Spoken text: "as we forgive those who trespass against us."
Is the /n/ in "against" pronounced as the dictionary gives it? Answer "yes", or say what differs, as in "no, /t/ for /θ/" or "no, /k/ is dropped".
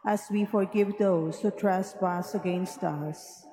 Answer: yes